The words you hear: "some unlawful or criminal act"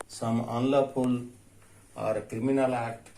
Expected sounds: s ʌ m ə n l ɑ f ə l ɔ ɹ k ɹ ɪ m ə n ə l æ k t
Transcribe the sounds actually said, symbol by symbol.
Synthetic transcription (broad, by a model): s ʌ m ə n l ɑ p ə l ɔ ɹ k ɹ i m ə n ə l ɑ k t